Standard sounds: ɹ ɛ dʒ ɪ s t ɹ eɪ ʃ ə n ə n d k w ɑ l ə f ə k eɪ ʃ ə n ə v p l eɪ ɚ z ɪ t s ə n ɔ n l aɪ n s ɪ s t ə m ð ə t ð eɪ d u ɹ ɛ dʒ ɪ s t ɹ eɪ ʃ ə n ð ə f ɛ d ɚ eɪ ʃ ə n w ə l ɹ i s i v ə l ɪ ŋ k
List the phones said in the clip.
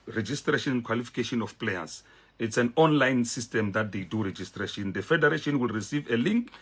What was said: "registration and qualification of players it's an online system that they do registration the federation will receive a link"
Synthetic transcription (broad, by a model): ɹ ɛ dʒ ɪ s t ɹ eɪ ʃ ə n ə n k w ɑ l ə f ə k eɪ ʃ ə n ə f p l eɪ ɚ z ɪ t s ə n ɔ n l aɪ n s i s t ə m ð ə t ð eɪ d u ɹ ɛ dʒ ɪ s t ɹ eɪ ʃ ə n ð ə f ɛ d ɚ eɪ ʃ ə n w ə l ɹ i s i v ə l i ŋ k